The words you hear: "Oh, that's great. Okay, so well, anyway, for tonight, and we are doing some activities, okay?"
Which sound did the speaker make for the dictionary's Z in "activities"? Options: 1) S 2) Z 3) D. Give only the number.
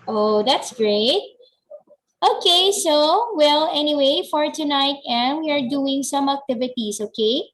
1